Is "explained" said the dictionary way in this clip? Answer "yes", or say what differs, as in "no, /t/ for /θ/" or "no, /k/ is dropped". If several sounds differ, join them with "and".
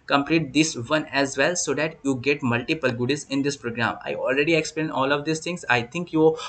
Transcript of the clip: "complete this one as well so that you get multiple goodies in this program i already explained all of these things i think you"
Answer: no, /d/ is dropped